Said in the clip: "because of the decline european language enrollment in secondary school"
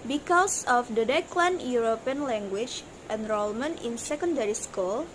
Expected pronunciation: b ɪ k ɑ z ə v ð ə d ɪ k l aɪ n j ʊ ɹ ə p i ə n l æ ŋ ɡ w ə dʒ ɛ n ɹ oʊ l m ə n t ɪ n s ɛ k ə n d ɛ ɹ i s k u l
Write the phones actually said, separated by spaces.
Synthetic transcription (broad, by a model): b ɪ k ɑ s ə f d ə d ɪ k l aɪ n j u ɹ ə p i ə n l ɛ ŋ ɡ w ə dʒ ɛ n ɹ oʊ l m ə n ɪ n s ɛ k ə n d ɛ ɹ i s k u l